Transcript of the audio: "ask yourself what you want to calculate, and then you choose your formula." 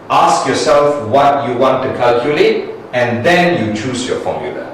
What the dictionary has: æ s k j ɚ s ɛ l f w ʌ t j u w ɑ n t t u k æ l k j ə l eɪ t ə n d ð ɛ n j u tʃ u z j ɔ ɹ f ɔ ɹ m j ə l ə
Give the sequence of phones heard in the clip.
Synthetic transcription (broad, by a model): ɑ s k j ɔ s ɛ l f w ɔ t j u w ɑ n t t u k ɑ l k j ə l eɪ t ə n d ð ɛ n j u tʃ u s j ɔ f ɔ m j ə l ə